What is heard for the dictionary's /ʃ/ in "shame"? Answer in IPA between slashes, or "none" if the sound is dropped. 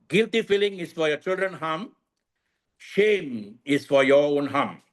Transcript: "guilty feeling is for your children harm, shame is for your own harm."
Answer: /ʃ/